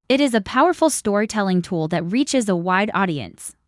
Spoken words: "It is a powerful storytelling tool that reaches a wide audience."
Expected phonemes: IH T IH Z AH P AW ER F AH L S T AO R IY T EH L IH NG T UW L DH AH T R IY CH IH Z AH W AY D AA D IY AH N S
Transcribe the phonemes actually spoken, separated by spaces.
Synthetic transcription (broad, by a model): IH T IH Z AH P AW ER F L S T AO R IY T EH L IH NG T UW L DH AH T R IY CH IH Z AH W AY D AA D IY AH N S